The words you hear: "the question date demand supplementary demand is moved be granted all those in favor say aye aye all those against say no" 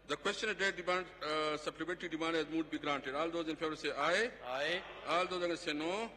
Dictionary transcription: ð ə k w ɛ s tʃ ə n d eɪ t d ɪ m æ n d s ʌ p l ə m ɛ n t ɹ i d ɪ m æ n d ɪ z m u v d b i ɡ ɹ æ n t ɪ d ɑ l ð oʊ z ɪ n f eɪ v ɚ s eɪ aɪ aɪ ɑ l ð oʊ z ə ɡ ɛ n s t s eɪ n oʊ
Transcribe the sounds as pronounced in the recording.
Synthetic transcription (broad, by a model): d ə k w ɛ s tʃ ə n d eɪ t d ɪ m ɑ n d s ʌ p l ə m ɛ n t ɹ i d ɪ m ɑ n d ɪ z m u d b i ɡ ɹ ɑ n t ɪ d ɑ l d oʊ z ɪ n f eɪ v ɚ s eɪ aɪ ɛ ɑ l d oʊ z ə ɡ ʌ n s s eɪ n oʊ